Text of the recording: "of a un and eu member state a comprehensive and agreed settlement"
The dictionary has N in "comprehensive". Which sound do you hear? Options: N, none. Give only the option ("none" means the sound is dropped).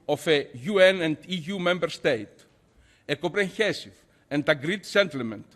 none